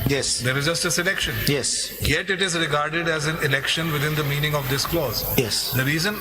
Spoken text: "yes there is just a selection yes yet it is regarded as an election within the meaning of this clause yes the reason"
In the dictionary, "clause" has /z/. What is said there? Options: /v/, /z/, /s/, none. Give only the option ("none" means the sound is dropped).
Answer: /z/